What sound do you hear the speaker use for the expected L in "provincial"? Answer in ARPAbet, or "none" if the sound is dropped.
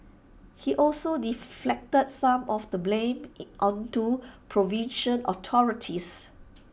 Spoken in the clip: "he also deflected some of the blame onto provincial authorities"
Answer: N